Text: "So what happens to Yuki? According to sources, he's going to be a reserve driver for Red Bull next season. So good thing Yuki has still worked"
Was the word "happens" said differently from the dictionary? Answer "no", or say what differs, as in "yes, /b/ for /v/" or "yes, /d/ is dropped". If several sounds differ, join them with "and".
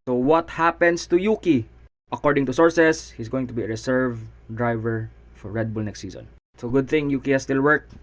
yes, /s/ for /z/